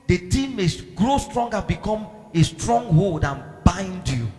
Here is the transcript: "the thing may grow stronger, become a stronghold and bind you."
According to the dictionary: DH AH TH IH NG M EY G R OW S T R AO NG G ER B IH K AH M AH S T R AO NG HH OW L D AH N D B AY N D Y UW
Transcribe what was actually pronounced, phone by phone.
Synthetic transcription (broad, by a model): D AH T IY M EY G R OW S T R AO NG G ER B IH K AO M AH S T R AO NG HH OW L D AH N B AY N D Y UW